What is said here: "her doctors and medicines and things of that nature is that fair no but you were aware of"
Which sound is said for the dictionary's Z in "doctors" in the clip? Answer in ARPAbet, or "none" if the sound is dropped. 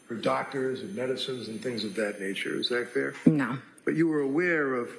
Z